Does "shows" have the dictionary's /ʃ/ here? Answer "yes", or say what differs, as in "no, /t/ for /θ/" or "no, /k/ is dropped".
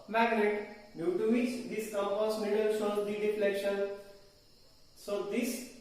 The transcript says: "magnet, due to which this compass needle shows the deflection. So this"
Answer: no, /s/ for /ʃ/